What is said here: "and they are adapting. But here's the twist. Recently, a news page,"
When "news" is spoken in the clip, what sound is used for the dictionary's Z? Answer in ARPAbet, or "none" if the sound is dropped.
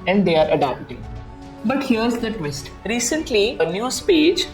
S